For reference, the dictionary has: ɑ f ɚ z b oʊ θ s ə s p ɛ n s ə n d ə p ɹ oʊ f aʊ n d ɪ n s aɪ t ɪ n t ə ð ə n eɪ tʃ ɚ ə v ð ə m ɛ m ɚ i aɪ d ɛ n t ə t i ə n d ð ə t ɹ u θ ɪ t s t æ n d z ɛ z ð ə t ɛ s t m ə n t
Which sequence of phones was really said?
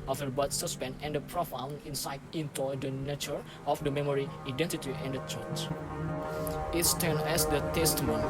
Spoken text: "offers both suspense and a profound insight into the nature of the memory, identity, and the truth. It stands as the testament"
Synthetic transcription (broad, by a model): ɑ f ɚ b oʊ t s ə s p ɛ n ə n d ə p ɹ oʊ f aʊ n ɪ n s aɪ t ɪ n t ə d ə n eɪ tʃ ɚ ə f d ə m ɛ m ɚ i aɪ d ɛ n t ə t i ə n d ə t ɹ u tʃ ɪ t s t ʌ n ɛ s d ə t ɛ s t m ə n